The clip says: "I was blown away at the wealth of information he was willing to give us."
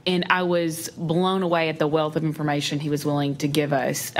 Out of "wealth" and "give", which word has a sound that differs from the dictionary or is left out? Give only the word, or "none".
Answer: none